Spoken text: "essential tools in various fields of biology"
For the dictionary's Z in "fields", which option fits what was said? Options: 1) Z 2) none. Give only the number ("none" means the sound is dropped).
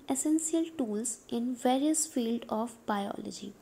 2